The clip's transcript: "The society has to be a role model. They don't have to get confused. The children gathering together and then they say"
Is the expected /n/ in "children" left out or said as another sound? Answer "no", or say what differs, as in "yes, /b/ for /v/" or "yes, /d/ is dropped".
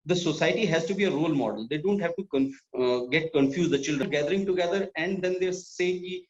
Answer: yes, /l/ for /n/